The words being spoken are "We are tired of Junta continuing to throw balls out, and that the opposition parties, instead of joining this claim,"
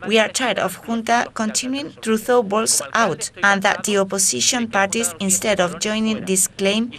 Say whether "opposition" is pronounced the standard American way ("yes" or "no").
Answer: no